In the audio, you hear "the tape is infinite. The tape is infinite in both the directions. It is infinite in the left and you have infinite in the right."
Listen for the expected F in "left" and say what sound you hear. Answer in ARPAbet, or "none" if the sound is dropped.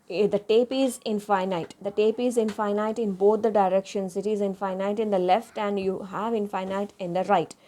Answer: F